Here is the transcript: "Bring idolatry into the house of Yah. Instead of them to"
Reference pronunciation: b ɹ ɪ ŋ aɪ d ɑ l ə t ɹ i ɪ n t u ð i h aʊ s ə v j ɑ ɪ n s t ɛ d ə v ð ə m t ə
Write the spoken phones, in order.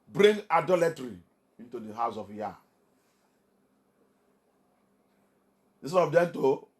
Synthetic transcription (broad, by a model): b ɹ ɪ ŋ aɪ d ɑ l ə t ɹ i ɪ n t u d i h aʊ s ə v j ɑ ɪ s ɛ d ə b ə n t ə